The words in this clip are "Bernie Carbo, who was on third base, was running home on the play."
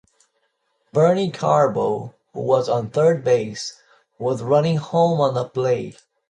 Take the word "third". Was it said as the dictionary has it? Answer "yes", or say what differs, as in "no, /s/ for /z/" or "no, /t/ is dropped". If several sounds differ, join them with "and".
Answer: yes